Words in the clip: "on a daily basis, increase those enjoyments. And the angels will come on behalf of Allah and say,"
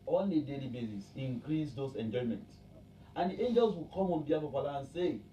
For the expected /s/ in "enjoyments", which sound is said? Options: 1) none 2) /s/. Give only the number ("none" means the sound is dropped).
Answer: 1